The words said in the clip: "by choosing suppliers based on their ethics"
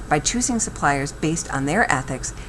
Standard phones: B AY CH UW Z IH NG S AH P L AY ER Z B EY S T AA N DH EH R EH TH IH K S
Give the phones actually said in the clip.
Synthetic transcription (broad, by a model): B AY CH UW Z IH NG S AH P L AY ER Z B EY S T N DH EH R EH TH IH K S